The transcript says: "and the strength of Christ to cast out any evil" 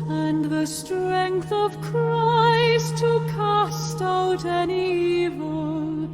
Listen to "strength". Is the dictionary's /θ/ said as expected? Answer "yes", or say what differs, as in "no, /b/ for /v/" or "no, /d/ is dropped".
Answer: yes